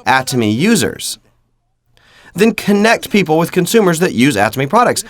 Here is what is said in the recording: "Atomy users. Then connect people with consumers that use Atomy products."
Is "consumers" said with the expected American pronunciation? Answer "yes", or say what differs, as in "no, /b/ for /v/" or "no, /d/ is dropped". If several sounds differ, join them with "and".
yes